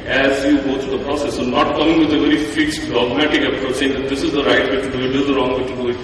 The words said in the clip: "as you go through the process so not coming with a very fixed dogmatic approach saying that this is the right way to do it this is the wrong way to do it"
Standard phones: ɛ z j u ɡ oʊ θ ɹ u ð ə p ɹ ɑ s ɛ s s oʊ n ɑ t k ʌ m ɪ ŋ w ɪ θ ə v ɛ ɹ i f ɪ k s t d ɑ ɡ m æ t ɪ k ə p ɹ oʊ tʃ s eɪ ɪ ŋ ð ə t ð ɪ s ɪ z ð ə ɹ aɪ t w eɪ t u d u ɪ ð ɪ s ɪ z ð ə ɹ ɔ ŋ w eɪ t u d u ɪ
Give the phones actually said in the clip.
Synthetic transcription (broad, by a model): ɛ z j u ɡ oʊ t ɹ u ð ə p ɹ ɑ s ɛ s s oʊ n ɑ t k ʌ m ɪ ŋ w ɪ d ə v ɛ ɹ i f ɪ k s t d ɑ ɡ m æ t ɪ k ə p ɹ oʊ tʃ s eɪ ɪ ŋ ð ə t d ɪ s ɪ z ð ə ɹ aɪ t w eɪ t u d u ɪ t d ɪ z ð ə ɹ ɔ ŋ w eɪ t u d u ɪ